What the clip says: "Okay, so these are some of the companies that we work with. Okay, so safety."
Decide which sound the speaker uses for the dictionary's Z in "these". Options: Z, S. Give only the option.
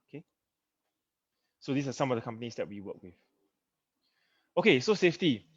S